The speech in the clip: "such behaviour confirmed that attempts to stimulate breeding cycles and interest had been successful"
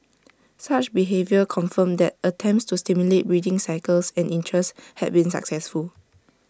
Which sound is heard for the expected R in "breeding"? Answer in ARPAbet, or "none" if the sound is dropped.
R